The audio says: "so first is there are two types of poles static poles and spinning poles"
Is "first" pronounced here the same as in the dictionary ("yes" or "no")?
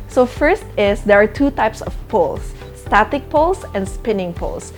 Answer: yes